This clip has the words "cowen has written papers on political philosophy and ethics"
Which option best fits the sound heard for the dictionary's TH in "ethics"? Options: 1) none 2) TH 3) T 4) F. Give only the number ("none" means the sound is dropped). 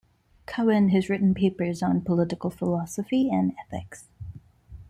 2